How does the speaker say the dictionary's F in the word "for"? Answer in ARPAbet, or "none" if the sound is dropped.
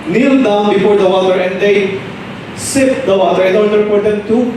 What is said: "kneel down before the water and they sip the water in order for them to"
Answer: P